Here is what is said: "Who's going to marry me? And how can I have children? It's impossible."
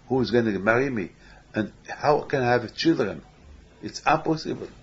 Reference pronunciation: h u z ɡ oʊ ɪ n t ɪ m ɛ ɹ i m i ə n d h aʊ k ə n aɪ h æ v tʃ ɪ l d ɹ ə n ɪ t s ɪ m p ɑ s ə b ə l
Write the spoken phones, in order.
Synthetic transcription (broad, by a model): h u z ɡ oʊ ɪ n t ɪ m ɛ ɹ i m i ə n h aʊ k ə n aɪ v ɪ tʃ ɪ l d ɹ ə n ɪ t s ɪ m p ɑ s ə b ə l